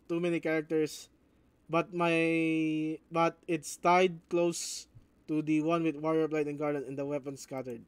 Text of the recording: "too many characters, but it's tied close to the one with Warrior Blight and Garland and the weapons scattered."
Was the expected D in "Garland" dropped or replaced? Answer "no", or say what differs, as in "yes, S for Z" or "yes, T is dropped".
yes, D is dropped